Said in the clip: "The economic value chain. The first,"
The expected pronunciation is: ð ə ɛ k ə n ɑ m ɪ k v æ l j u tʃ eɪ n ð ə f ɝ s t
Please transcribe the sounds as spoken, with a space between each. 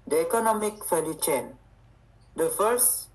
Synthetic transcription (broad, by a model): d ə ɛ k ə n ɑ m ɪ k f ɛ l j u tʃ eɪ n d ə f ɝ s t